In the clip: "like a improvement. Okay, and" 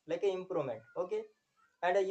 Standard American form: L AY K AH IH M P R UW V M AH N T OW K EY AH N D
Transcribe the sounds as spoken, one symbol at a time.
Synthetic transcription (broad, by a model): L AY K AH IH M P R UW M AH N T OW K EY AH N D